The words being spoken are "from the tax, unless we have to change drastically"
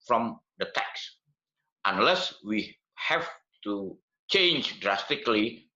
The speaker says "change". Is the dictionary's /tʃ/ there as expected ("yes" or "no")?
yes